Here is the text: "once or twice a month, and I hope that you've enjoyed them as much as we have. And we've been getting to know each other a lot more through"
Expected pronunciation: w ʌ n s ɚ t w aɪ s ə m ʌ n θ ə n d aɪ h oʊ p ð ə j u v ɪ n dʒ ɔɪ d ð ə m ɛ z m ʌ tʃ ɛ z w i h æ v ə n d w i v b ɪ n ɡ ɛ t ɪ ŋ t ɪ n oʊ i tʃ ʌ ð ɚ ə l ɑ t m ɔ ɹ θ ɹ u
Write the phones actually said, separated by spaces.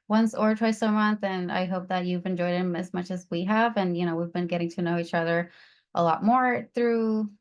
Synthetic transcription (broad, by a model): w ʌ n s ɚ t w aɪ s ə m ʌ n θ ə n aɪ h oʊ p ð ə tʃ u v ɪ n dʒ ɔɪ d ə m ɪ z m ʌ tʃ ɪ z w i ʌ v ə n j w i v b ɪ n ɡ ɛ t ɪ ŋ t ɪ n oʊ i tʃ ʌ ð ɚ ə l ɑ t m ɔ ɹ θ ɹ u